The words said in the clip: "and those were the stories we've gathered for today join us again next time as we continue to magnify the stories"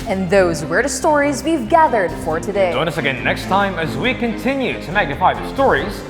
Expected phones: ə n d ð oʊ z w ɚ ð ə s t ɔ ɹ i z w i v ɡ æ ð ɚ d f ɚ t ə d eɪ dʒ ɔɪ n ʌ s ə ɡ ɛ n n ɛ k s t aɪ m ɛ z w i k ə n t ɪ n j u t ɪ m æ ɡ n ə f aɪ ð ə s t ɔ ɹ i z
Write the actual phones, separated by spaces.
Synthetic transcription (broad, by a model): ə n ð oʊ z w ɚ ð ə s t ɔ ɹ i z w i v ɡ æ ð ɚ d f ɚ t ə d eɪ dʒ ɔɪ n ʌ s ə ɡ ɛ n n ɛ k s t aɪ m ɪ z w i k ə n t ɪ n j u t ɪ m æ ɡ n ə f aɪ ð ə s t ɔ ɹ i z